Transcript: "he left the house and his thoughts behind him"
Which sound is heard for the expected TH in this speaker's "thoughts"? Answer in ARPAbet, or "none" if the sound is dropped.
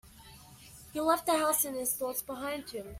TH